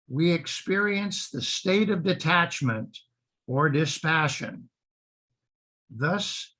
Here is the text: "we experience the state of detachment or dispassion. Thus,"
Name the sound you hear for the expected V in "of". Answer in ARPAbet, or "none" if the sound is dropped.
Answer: V